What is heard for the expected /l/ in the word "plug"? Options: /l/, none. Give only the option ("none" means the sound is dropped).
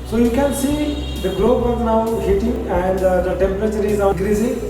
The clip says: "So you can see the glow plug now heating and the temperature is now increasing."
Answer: none